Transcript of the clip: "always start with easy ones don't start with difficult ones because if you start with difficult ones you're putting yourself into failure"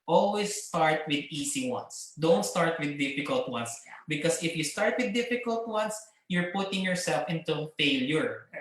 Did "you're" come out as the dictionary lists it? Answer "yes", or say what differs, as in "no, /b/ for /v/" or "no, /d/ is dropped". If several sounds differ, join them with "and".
yes